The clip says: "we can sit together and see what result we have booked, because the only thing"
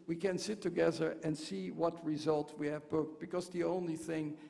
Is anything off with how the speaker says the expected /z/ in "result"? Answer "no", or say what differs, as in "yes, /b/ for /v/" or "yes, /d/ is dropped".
no